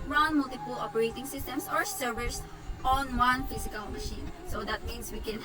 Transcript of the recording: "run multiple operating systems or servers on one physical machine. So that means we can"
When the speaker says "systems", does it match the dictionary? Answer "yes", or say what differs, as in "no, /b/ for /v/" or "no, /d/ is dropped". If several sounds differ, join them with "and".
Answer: no, /s/ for /z/